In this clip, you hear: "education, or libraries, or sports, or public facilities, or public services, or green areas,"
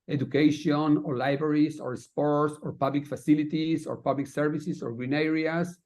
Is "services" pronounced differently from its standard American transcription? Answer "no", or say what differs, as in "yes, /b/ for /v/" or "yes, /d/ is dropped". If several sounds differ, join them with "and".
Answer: yes, /s/ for /z/